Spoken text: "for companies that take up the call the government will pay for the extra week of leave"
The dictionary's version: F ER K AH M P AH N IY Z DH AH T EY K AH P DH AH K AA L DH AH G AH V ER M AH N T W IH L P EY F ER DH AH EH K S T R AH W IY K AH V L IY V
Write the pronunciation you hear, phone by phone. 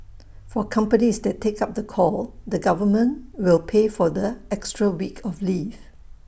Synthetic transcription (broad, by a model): F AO K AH M P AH N IY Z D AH T EY K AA P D AH K AA L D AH G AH V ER M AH N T W IH L P EY F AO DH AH EH K S T R AH W IY K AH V L IY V